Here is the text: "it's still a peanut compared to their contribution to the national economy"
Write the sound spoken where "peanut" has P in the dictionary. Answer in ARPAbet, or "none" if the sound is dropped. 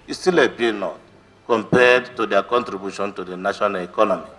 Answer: B